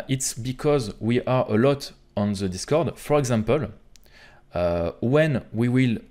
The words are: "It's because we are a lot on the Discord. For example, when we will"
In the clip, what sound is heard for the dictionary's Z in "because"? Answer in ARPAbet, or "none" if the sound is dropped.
Z